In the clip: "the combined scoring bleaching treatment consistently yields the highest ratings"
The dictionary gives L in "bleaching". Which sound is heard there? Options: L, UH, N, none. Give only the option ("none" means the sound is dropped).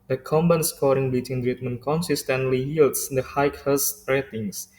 none